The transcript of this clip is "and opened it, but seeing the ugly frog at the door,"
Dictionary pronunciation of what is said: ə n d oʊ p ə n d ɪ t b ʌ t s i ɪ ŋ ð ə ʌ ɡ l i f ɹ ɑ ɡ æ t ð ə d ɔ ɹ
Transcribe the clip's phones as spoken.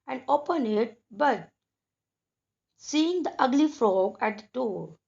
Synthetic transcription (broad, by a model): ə n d oʊ p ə n ɪ t b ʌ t s i ɪ ŋ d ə ʌ ɡ l i f ɹ ɑ ɡ æ t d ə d ɔ ɹ